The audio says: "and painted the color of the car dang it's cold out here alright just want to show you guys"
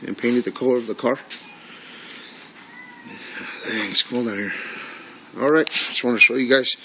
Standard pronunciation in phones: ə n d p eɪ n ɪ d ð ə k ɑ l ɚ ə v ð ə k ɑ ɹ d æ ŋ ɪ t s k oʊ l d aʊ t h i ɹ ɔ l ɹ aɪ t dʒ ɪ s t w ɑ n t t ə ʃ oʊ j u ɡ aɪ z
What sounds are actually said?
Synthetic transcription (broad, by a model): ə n p eɪ n ɪ d ð ə k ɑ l ɚ ə v ð ə k ɑ ɹ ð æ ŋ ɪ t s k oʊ l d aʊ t h i ɹ ɔ l ɹ aɪ t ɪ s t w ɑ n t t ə ʃ oʊ j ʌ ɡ aɪ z